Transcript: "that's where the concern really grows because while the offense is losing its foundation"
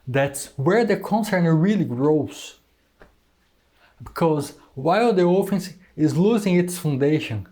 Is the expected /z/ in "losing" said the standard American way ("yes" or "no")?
yes